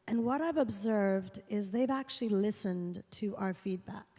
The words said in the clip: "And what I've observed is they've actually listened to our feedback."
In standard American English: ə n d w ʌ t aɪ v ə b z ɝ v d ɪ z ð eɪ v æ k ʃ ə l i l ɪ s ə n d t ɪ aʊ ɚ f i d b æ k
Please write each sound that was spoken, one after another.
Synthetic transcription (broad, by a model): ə n w ʌ t aɪ v ə b z ɝ v d ɪ z ð eɪ v æ k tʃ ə l i l ɪ s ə n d t ɪ aʊ ɚ f i d b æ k